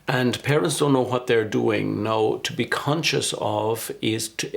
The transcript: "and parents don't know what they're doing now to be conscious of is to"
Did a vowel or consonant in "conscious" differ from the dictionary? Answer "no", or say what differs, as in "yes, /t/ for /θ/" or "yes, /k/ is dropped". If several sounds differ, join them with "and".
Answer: no